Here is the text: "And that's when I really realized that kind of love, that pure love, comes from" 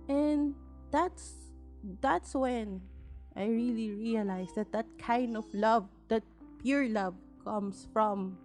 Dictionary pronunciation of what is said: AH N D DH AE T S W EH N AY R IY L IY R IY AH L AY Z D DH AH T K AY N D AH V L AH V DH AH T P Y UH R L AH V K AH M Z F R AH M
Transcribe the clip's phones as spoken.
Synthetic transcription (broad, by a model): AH N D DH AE T S W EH N AY R IY L IY R IY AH L AY S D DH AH T K AY N D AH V L AH V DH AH T P Y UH R L AH V K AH M S F R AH M